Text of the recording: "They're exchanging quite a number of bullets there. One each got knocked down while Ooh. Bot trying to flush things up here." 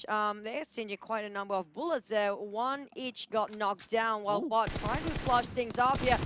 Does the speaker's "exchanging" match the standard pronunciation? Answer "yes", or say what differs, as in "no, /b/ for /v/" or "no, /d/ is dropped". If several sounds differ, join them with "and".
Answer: no, /k/ is dropped